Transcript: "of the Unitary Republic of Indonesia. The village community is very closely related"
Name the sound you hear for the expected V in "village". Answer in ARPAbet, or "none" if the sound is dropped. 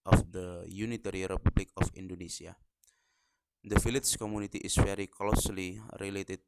F